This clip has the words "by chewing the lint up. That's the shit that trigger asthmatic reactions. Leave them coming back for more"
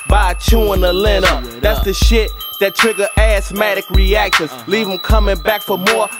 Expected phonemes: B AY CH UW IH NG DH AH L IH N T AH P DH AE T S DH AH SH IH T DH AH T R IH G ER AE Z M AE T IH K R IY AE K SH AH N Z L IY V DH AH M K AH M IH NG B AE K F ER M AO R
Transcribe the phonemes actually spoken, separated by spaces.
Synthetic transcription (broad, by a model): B AY CH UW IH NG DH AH L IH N AH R DH AE T S DH AH SH IH T DH AH T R IH G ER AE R M AE T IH K R IY AE K SH AH N Z L IY V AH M K AH M IH NG B AE K F ER M AO R